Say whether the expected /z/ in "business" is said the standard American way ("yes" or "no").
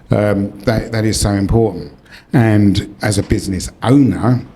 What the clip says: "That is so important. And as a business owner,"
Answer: yes